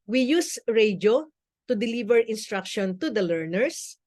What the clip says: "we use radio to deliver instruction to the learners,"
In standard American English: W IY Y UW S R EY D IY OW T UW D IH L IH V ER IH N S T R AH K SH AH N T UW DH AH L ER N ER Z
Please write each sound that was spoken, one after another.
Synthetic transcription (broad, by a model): W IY Y UW S R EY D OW T UW D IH L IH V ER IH N S T R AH K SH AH N T UW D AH L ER N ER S